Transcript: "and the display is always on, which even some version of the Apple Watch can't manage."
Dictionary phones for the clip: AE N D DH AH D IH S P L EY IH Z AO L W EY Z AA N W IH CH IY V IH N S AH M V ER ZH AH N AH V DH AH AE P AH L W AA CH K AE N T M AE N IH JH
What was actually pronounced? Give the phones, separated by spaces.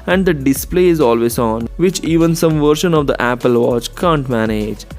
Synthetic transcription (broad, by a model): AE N D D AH D IH S P L EY IH Z AO L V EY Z AA N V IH CH IY V IH N S AH M V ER SH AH N AH V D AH AE P AH L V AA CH K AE N T M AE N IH JH